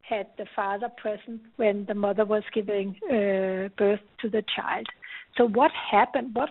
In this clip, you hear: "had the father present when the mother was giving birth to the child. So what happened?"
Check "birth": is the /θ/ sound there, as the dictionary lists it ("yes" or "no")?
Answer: yes